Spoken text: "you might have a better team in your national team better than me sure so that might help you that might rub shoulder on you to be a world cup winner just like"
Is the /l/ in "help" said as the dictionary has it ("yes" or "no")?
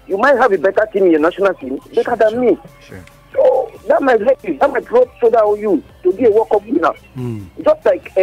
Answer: no